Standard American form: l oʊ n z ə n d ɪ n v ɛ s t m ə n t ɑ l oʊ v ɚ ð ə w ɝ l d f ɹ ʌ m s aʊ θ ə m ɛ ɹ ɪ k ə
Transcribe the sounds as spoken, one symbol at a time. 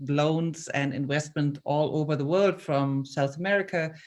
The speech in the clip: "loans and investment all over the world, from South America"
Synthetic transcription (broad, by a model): l oʊ n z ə n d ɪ n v ɛ s t m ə n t ɑ l oʊ v ɚ ð ə w ɝ l d f ɹ ʌ m s aʊ θ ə m ɛ ɹ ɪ k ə